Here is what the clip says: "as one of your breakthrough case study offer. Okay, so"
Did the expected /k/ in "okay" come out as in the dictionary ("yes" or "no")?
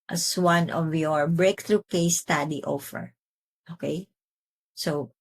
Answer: yes